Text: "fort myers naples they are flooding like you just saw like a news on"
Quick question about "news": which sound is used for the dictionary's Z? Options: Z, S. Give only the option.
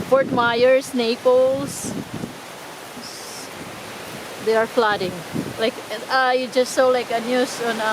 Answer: S